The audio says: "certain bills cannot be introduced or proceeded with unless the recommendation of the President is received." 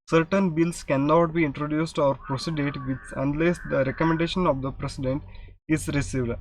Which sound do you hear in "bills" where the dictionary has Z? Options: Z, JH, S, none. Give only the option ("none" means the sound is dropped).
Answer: S